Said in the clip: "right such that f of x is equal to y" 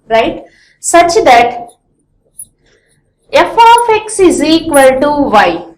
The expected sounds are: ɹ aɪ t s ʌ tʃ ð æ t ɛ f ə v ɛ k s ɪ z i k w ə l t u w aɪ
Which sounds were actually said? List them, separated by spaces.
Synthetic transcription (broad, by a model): ɹ aɪ t s ʌ tʃ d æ t ɛ f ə f ɛ k s ɪ z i k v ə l t u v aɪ